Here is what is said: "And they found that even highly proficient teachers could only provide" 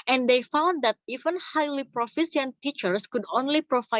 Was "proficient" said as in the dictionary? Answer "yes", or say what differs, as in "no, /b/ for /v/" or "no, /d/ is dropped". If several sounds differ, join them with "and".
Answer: no, /s/ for /ʃ/